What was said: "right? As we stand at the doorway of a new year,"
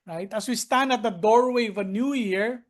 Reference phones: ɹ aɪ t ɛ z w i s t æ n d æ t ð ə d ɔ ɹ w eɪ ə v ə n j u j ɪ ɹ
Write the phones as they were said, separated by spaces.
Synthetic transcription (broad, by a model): ɹ aɪ t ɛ s w i s t æ n d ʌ t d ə d ɔ ɹ w eɪ ə v ə n j u j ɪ ɹ